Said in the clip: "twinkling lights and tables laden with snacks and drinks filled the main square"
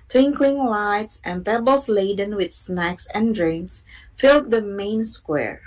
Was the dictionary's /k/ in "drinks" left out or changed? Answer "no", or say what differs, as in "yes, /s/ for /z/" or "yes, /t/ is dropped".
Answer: no